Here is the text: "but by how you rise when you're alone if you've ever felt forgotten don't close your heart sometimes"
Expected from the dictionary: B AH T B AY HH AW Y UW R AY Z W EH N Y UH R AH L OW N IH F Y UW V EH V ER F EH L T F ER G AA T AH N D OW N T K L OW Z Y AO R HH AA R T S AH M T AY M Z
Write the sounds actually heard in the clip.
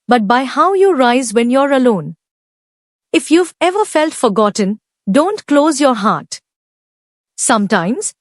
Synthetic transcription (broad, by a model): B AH T B AY HH AW Y UW R AY Z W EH N Y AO R AH L OW N IH F Y UW V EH V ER F EH L T F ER G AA T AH N D OW N T K L OW Z Y AO R HH AA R T S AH M T AY M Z